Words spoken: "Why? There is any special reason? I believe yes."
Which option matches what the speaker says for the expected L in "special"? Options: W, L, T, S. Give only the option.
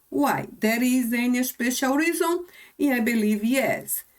W